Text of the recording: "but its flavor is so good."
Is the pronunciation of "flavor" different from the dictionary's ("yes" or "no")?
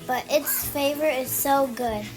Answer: yes